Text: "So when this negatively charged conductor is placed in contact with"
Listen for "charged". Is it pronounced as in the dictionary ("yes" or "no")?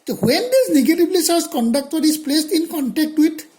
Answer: no